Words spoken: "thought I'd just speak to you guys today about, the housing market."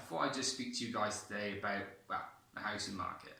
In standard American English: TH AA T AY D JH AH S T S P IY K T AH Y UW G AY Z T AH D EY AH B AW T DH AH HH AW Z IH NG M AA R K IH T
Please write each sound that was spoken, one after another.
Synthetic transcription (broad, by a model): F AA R AY JH AH S T S P IY K T AH Y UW G AY Z T AH D EY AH B AW T DH AH HH AW S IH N M AA K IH T